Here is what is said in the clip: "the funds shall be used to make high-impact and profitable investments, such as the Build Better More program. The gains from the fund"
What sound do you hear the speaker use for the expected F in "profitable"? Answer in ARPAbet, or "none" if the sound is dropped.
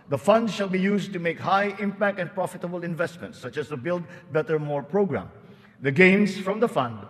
F